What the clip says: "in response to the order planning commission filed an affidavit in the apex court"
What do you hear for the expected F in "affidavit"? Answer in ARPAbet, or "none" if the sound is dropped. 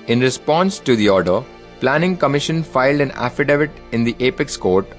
F